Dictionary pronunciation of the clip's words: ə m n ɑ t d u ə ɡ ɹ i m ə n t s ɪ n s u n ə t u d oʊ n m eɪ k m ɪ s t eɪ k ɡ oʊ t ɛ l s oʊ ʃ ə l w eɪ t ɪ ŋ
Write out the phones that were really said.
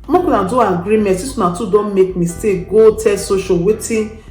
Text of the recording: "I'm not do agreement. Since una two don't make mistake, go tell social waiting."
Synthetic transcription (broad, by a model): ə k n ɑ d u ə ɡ ɹ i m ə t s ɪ s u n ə t u d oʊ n m eɪ k m ɪ s t eɪ k ɡ oʊ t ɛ s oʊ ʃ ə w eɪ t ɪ